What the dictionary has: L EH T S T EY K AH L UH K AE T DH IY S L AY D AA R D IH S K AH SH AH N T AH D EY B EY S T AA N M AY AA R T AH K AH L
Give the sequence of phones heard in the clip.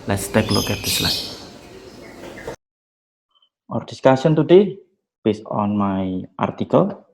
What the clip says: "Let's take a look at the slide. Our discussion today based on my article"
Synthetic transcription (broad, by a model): L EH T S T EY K L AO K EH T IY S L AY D AA R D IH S K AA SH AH N T AH D EY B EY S AA N M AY AA R T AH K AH L